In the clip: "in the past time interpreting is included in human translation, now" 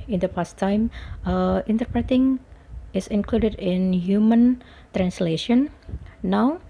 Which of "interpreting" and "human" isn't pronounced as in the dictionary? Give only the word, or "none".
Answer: none